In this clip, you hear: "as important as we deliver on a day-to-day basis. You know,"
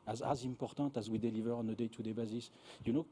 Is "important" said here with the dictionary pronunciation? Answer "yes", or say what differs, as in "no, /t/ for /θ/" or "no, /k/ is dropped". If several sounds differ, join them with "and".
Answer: no, /n/ is dropped